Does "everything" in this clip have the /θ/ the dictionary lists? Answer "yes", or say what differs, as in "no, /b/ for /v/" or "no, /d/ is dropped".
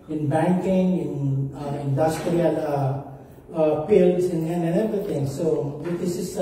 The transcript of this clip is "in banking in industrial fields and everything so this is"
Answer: no, /t/ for /θ/